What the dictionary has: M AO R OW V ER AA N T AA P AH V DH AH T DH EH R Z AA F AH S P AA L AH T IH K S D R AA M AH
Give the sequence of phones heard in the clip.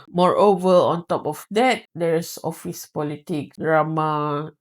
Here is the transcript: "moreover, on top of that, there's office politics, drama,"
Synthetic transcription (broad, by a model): M AO R OW V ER AA N T AA P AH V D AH T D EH R S AA F AH S P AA L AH T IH K D R AA M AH